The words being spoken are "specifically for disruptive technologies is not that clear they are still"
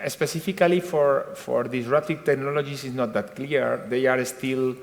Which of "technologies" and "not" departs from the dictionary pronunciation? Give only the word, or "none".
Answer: technologies